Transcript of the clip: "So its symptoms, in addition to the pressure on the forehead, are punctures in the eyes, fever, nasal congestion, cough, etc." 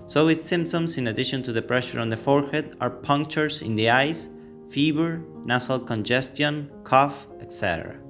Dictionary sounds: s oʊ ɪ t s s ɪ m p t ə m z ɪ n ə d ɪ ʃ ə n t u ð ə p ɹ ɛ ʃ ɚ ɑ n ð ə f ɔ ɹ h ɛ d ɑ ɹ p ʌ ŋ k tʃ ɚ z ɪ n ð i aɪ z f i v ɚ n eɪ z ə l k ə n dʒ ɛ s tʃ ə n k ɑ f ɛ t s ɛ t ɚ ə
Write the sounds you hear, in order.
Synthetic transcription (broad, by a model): s oʊ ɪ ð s s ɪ m p t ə m s ɪ n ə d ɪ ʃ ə n t u ð ə p ɹ ɛ ʃ ɚ ɑ n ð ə f ɔ ɹ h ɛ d ɑ ɹ p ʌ ŋ k tʃ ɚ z ɪ n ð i aɪ s f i b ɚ n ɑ s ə l k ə n dʒ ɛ s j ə n k ɑ f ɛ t s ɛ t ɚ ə